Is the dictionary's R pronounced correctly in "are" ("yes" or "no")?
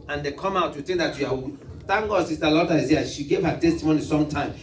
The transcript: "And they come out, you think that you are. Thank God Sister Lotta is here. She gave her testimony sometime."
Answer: no